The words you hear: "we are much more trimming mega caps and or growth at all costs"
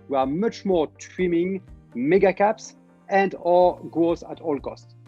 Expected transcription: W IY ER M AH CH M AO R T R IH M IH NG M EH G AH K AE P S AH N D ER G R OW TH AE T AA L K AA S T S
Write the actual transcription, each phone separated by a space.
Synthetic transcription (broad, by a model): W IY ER M AH CH M AO R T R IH M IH NG M EH G AH K AE P S AH N D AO G OW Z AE T AA L K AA S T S